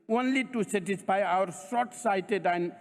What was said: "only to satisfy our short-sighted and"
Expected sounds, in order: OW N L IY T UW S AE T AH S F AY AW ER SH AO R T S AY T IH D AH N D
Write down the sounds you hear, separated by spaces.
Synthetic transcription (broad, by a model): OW N L IY T UW S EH T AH S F AY AW ER S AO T S AY T IH D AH N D